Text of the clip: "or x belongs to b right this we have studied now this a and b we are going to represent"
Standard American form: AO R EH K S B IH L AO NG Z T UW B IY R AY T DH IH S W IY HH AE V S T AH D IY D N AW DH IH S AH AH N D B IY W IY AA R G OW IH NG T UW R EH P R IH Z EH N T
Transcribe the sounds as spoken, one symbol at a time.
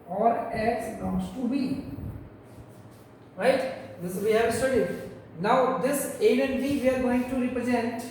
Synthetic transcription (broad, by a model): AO R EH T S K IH UH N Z T UW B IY R AY T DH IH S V IY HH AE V S T AH D IY D N AW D IH S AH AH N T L IY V IY AA R G OW IH NG T UW R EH P R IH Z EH N T